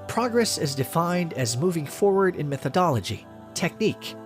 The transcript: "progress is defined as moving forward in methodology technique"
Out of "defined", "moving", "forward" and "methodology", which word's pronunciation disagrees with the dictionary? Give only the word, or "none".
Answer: none